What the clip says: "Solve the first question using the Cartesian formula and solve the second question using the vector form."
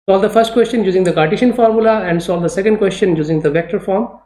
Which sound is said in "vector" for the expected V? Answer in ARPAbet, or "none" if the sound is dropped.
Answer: V